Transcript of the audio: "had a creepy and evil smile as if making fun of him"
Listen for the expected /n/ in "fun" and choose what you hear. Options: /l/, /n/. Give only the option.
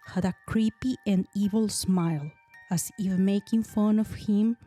/n/